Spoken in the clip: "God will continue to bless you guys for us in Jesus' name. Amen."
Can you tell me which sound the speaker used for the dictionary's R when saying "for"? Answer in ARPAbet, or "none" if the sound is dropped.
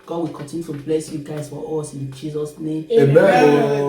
W